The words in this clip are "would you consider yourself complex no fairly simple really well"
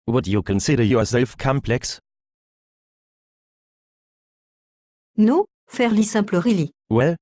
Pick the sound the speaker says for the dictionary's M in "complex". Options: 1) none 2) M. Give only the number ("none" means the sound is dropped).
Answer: 2